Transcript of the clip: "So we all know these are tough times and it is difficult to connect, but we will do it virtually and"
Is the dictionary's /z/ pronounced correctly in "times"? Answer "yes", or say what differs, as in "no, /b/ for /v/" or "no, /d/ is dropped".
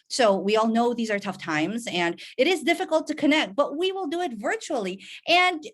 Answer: yes